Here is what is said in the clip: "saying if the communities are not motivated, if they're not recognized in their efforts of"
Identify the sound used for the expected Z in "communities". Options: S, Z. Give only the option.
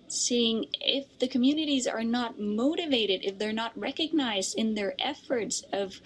Z